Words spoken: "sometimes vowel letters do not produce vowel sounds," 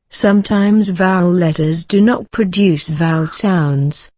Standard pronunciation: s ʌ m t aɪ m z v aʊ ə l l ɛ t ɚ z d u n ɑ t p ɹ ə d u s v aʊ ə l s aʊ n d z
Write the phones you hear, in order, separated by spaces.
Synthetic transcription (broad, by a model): s ʌ m t aɪ m z v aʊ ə l l ɛ t ɚ z d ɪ n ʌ t p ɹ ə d u s v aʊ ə l s aʊ n d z